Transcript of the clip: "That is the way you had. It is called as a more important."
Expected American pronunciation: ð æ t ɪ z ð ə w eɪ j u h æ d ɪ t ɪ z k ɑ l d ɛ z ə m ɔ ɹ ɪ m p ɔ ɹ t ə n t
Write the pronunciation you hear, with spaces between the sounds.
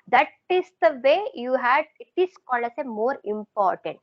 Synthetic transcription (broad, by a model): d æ t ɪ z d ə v eɪ j u h æ d ɪ t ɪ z k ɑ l ʌ s ə m ɔ ɹ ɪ m p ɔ ɹ t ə n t